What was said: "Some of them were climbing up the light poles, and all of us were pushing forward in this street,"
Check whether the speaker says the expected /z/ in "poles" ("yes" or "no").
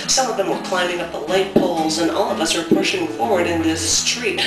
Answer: yes